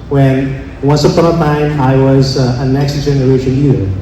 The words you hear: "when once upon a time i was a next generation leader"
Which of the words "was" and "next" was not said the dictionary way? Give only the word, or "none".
none